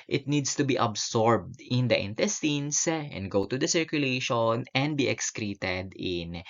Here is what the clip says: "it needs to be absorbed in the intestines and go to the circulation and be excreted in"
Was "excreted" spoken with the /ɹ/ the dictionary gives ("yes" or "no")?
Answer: yes